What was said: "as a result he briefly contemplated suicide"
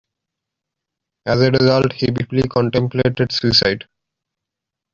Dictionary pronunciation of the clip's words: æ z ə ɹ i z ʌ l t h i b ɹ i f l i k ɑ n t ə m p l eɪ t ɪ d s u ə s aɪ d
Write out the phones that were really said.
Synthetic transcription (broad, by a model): æ z ə ɹ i z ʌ l t h i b i p l i k ɑ n t ə m p l eɪ t ɪ d s u ə s aɪ d